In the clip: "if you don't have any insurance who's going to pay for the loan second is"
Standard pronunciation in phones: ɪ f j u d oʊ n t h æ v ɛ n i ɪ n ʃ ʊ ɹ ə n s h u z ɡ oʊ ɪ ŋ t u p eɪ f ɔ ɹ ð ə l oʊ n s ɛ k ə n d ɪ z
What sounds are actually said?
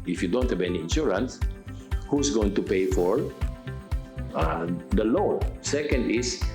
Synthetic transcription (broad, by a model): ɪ f j u d oʊ n t h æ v ɛ n i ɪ n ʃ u ɹ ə n s h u s ɡ oʊ ɪ ŋ t u p eɪ f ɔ ɹ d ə l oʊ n s ɛ k ə n d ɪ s